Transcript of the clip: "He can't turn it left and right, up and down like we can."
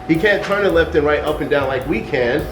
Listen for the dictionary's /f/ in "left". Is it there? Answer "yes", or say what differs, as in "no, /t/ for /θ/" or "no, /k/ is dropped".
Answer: yes